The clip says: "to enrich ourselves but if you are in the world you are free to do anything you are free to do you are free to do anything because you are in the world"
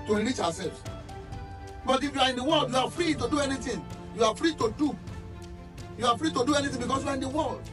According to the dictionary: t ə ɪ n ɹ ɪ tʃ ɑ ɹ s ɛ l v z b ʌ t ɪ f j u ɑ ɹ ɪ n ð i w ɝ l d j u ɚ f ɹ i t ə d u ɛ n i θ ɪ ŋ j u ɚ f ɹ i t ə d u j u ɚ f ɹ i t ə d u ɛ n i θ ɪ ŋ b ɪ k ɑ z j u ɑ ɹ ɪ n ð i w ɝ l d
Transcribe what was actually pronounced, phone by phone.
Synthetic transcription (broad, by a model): t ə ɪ ɹ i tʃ ɑ w s ɛ l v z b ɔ t ɪ f j u ɑ ɹ ɪ n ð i w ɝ l d j u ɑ f ɹ i t ə d u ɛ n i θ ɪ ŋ j u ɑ f ɹ i t ə d u j u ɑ f ɹ i t ə d u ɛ n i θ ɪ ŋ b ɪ k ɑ s j u ɑ ɹ ɪ n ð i w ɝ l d